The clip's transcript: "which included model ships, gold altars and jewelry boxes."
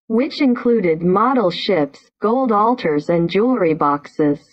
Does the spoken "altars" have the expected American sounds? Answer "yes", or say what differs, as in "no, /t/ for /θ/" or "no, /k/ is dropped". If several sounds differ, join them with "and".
yes